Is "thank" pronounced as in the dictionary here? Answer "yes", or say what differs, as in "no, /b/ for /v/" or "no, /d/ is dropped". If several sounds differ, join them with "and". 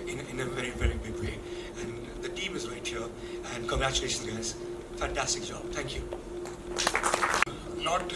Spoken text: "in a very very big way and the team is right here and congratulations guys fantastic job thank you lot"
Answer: yes